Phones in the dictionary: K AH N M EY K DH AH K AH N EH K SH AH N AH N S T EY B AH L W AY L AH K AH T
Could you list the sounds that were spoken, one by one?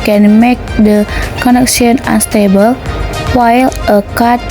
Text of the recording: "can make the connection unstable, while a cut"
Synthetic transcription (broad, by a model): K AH N M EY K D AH K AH N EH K S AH N AH N S T EY B AH L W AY L AH K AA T